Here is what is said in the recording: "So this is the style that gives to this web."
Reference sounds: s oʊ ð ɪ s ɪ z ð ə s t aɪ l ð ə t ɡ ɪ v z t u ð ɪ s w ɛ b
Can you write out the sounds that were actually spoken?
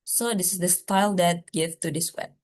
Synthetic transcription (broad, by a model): s oʊ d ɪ s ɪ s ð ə s t aɪ l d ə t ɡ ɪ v t u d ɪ s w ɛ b